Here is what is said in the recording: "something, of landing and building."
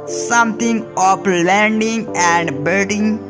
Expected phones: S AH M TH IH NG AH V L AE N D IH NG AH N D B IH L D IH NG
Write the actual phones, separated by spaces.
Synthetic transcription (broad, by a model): S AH M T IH NG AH P L AE N D IH NG AH N D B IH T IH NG